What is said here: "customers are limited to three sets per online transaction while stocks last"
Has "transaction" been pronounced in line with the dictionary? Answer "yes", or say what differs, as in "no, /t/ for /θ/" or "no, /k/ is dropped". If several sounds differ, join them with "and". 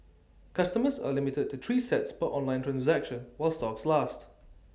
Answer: yes